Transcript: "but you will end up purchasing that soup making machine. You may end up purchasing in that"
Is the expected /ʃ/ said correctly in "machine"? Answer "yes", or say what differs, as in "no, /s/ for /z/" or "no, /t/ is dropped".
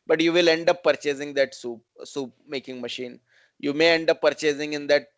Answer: yes